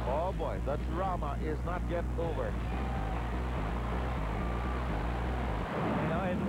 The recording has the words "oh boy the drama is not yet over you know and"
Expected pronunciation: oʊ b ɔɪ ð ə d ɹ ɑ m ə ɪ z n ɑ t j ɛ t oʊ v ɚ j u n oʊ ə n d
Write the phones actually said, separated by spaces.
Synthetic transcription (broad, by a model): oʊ b ɔɪ ð ə d ɹ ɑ m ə ɪ z n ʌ t j ɛ t oʊ v ɚ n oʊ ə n